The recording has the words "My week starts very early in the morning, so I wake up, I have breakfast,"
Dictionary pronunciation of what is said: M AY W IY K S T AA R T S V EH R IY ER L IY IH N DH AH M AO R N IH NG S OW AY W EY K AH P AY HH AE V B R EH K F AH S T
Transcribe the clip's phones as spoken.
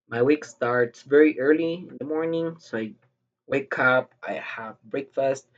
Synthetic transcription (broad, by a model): M AY W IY K S T AA R T S V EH R IY ER L IY IH N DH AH M AO R N IH NG S OW AY W EY K AH P AY HH AE V B R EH K F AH S T